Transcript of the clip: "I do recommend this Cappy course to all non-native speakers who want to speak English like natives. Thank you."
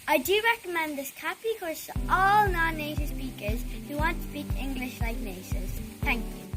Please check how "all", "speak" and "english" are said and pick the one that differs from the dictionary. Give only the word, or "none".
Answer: none